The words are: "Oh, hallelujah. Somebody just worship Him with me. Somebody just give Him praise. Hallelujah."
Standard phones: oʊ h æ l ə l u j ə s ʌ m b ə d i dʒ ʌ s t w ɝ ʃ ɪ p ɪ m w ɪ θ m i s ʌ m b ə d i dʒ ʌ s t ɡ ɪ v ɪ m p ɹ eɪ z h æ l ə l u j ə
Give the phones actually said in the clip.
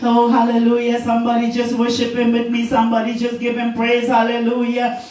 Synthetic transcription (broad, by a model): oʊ h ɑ l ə l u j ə s ʌ m b ə d i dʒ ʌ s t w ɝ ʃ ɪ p ɪ m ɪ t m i s ʌ m b ə d i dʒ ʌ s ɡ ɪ p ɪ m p ɹ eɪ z h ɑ l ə l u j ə